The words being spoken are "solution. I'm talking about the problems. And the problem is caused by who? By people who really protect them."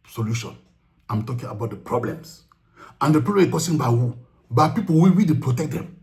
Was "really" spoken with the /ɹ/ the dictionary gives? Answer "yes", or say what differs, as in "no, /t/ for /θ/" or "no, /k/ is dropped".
no, /w/ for /ɹ/